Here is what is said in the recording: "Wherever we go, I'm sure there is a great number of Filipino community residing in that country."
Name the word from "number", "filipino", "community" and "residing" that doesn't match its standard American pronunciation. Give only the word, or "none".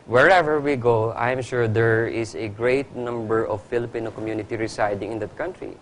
residing